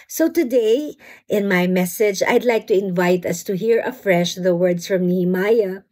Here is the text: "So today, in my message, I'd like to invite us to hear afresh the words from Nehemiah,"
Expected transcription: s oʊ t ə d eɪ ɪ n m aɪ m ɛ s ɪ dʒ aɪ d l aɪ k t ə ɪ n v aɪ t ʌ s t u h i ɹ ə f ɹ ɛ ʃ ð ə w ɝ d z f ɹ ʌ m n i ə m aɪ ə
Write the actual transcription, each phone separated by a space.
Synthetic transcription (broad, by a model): s oʊ t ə d eɪ ɪ n m aɪ m ɛ s ɪ dʒ aɪ d l aɪ k t ə ɪ n v aɪ t ʌ s t u h i ɹ ə f ɹ ɛ ʃ ð ə w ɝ d s f ɹ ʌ m n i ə m aɪ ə